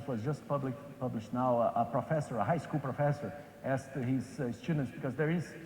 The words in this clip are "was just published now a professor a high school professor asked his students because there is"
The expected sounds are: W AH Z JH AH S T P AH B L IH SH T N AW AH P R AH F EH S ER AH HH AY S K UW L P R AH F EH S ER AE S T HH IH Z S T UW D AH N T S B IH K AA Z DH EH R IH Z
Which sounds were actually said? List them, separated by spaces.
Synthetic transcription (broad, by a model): W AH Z JH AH S T P AH B L IH SH T N AW AH P R AH F EH S ER AH HH AY S K UW L P R AH F EH S ER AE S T HH IH Z S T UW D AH N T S B IH K AA Z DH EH R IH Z